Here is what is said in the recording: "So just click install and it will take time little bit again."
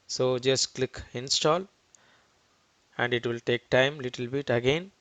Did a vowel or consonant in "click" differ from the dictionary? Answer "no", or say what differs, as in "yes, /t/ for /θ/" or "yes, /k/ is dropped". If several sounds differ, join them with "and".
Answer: no